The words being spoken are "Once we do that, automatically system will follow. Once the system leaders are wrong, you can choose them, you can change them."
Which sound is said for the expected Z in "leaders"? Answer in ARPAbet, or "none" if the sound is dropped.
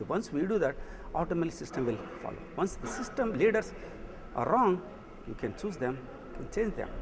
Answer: S